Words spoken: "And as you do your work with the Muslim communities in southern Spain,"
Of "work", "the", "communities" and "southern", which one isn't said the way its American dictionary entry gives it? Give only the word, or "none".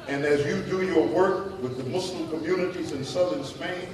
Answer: none